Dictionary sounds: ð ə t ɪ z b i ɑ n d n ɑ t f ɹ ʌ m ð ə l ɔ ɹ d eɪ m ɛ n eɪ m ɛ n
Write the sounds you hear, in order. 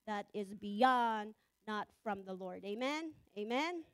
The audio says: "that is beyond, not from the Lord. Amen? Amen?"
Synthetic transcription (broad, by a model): ð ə t ɪ z b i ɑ n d n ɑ t f ɹ ʌ m ð ə l ɔ ɹ d eɪ m ɛ n eɪ m ɛ n